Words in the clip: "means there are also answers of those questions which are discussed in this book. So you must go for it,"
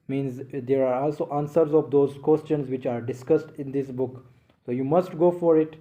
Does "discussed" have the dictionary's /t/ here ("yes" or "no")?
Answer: yes